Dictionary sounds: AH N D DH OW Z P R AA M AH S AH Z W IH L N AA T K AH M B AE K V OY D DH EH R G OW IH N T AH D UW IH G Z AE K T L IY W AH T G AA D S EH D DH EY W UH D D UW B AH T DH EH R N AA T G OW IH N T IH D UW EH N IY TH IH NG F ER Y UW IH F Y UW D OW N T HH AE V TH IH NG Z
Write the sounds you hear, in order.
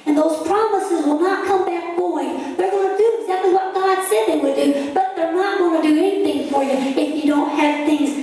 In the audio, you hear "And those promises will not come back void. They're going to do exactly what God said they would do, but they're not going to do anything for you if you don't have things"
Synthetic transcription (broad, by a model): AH N DH OW Z P R AA M AH S AH Z W IH L N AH T K AH M B AE K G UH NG DH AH R G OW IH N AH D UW IH G Z AE K T L IY W AH T G AA D S EH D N W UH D D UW B AH T DH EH R N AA T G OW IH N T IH D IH EH N IY TH IH NG F ER Y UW IH F Y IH D OW N T HH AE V TH IH NG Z